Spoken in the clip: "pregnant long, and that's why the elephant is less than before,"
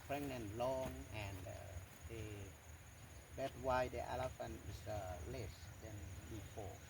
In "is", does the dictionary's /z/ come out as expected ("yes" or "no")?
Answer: no